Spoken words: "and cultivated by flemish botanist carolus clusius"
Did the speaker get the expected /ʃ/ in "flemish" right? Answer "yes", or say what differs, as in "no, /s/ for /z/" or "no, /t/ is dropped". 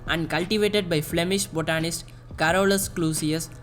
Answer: yes